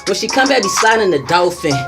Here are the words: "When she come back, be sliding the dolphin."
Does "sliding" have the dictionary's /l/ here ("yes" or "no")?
no